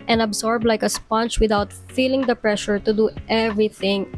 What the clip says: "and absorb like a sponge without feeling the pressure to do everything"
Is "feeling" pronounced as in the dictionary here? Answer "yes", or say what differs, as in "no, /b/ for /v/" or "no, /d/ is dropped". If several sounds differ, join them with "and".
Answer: yes